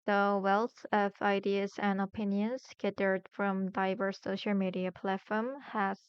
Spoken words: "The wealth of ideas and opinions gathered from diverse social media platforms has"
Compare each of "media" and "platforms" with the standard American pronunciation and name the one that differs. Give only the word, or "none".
platforms